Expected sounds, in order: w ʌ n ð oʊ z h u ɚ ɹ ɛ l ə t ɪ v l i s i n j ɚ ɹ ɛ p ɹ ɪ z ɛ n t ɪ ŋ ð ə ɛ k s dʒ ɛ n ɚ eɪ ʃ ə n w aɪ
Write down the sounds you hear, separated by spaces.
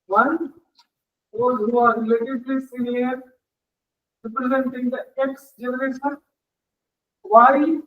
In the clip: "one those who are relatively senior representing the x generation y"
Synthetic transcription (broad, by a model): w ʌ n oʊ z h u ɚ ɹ l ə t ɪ p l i s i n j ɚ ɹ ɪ p ɹ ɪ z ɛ n t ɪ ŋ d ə ɛ k s dʒ ɛ n ɚ eɪ ʃ ə n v aɪ